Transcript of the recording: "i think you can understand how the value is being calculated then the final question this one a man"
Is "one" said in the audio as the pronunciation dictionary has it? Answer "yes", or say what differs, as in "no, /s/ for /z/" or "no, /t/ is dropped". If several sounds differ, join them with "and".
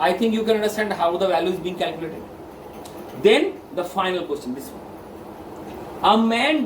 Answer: no, /n/ is dropped